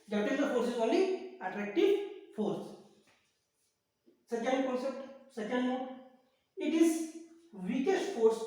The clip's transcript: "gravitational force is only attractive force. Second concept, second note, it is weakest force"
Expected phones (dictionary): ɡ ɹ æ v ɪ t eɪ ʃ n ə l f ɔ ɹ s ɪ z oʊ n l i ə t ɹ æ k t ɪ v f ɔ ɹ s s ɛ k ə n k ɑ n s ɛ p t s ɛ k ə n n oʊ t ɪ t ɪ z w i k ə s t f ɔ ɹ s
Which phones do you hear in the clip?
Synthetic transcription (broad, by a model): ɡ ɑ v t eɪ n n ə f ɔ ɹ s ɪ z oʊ l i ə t ɹ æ k t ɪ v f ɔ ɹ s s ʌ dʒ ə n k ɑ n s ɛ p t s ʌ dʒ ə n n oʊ ɪ t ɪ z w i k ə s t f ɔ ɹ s